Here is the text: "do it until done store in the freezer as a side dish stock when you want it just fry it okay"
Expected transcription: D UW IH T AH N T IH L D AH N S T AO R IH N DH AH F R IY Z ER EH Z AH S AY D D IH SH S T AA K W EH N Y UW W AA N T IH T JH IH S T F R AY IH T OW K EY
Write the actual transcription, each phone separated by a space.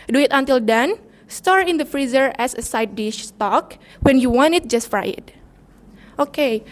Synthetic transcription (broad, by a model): D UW IH T AH N T IH L D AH N S T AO R IH N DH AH F R IY Z ER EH S AH S AY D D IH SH S T AA K W EH N Y UW W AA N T IH T JH IH S T F R AY IH T OW K EY